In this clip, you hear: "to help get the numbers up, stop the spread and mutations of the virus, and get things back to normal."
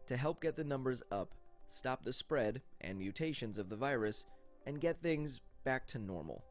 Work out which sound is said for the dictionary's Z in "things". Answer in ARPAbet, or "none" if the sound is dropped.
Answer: Z